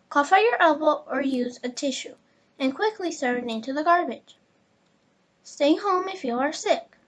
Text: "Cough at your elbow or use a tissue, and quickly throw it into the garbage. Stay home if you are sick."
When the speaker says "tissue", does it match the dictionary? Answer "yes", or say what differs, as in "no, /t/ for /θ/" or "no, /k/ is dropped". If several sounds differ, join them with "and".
yes